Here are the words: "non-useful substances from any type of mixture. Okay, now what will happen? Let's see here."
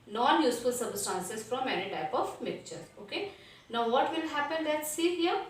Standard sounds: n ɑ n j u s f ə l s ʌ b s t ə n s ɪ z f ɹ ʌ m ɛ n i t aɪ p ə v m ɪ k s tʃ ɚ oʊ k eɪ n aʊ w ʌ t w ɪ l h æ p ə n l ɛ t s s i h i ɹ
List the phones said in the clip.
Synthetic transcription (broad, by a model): n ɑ n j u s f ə l s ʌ b s t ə n s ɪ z f ɹ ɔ m ɛ n i t aɪ p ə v m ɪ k tʃ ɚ oʊ k eɪ n aʊ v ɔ t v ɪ l h æ p ə n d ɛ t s s i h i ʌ